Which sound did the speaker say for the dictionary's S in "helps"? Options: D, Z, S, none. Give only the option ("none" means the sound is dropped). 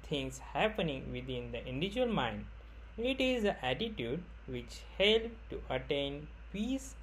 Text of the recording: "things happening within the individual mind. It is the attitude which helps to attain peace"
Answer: none